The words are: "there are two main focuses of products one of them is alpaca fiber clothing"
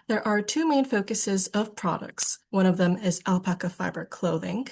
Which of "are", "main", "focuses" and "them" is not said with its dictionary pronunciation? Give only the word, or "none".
none